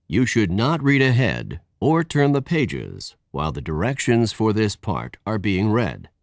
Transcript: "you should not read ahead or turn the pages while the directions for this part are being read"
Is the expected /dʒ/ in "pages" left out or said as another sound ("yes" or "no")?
no